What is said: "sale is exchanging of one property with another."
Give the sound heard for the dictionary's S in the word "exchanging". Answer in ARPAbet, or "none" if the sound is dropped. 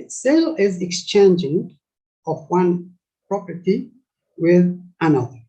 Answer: S